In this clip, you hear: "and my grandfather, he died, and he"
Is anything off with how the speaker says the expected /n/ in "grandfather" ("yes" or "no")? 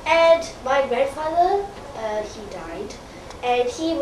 yes